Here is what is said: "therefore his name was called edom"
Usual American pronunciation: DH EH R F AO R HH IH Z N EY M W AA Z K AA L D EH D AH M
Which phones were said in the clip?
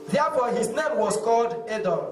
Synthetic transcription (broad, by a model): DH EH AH F AO HH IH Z N EY M W AA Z K AA L D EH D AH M